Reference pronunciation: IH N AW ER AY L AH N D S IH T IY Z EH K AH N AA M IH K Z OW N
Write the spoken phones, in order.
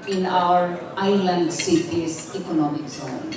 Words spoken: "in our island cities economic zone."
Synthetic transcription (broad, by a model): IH N AW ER AY L AH N D S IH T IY S EH K AH N AA M IH K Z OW N